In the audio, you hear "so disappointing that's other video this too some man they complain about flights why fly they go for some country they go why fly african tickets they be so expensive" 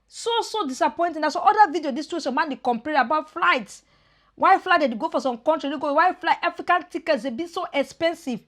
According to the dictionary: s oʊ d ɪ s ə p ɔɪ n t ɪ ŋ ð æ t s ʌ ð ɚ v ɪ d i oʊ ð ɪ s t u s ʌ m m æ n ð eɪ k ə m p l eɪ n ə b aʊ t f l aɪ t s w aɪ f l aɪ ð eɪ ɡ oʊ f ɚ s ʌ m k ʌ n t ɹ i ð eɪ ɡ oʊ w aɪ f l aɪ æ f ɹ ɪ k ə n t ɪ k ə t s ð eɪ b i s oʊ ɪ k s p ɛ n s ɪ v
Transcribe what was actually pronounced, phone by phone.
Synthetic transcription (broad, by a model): s oʊ d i s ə p ɔɪ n t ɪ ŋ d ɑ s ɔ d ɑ v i d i oʊ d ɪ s t u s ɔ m m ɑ n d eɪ k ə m p eɪ ə b aʊ t f l aɪ t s w aɪ f l aɪ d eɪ ɡ oʊ f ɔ s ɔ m k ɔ n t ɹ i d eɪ ɡ oʊ w aɪ f l aɪ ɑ f ɹ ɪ k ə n t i k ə t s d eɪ b i s oʊ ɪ k s p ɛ n s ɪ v